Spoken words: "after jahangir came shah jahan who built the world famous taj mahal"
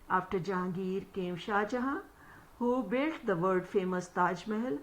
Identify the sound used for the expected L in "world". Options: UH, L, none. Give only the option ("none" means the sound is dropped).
none